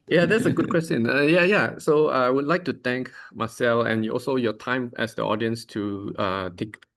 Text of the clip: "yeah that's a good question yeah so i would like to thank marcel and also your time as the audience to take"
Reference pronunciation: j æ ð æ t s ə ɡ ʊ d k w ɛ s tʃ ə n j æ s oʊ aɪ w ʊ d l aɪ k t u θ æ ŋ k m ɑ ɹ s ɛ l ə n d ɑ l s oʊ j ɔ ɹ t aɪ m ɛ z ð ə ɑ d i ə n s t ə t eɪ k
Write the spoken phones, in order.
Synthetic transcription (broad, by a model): j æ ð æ t s ə ɡ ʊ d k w ɛ s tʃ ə n j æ s oʊ aɪ w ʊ d l aɪ k t u t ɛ ŋ k m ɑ s ɛ l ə n ɑ l s oʊ j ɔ t aɪ m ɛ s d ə ɑ d i ə n s t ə t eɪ k